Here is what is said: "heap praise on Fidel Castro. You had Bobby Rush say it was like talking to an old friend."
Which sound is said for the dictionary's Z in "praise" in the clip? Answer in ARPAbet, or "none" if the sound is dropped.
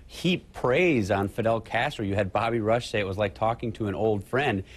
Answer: Z